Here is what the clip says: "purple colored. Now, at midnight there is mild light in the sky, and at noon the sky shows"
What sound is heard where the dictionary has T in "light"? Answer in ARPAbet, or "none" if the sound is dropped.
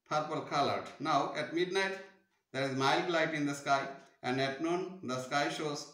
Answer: T